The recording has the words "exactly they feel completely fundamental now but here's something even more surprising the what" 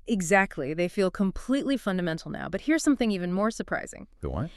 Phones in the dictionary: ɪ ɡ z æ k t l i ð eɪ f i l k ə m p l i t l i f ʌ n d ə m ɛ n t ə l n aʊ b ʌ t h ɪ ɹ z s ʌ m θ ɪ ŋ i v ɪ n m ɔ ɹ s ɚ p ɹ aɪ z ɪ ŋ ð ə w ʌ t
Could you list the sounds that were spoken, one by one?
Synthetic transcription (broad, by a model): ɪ ɡ z æ k t l i ð eɪ f i l k ə m p l i t l i f ʌ n d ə m ɛ n t l n aʊ b ʌ t h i ɹ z s ʌ m θ ɪ ŋ i v ɪ n m ɔ ɹ s ɚ p ɹ aɪ z ɪ ŋ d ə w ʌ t